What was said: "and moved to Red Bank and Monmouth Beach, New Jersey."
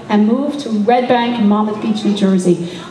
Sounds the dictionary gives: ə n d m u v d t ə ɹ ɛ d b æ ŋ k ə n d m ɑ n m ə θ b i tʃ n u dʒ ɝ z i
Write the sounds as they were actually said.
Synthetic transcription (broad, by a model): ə n m u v t ə ɹ ɛ d b æ ŋ k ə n m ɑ m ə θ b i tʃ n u dʒ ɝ z i